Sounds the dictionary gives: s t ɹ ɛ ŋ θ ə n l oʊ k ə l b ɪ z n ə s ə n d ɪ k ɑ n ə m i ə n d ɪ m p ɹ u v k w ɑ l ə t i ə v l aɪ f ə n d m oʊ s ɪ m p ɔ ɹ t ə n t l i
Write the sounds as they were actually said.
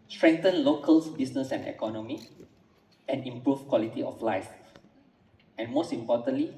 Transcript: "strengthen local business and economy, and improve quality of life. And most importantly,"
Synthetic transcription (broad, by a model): s t ɹ ɛ ŋ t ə n l oʊ k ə l b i s n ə s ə n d ɪ k ɑ n ə m i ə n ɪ m p ɹ u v k w ɑ l ə t i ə f l aɪ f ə n m oʊ s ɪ m p ɔ t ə n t l i